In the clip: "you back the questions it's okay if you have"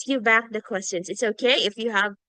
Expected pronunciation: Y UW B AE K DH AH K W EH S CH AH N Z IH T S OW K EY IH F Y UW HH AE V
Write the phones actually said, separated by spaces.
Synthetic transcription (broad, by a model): Y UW B AE K DH AH K W EH S CH AH N Z IH T S OW K EY IH F Y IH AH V